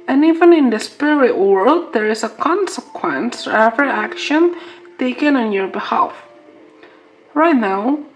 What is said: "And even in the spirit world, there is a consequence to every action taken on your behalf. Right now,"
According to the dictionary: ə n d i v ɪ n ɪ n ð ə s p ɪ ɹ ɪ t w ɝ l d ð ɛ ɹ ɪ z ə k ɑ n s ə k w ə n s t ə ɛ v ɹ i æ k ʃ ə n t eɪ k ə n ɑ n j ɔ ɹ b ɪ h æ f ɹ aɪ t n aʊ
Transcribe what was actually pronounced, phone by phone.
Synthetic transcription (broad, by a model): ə n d i v ɪ n ɪ n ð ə s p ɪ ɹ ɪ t w ɝ l d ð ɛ ɹ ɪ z ə k ɑ n s ə k w ə n s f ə ɛ v ɹ i æ k ʃ ə n t eɪ k ə n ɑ n j ɔ ɹ b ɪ h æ f ɹ aɪ t n aʊ